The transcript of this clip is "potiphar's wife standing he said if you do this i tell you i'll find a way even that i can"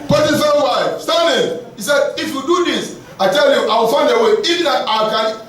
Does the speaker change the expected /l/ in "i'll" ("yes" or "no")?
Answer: yes